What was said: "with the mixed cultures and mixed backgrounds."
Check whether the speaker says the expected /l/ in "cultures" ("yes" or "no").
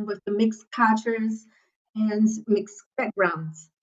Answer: no